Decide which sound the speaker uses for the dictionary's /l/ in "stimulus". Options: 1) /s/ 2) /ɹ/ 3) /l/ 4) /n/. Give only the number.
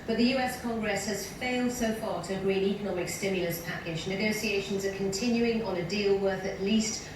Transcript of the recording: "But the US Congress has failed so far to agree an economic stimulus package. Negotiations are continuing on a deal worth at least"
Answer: 3